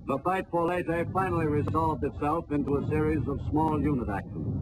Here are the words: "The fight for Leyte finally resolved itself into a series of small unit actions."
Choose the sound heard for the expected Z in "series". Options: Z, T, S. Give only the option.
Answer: Z